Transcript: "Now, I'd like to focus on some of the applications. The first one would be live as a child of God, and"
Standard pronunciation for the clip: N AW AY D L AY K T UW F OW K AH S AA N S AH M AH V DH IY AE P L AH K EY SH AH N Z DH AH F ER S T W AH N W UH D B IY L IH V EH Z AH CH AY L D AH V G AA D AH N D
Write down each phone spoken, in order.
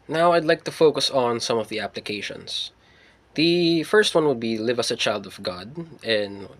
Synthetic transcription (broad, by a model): N AW AY D L AY K T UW F OW K AH S N S AH M AH V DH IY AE P L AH K EY SH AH N S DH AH F ER S T W AH N W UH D B IY L IH V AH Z AH CH AY L D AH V G AA D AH N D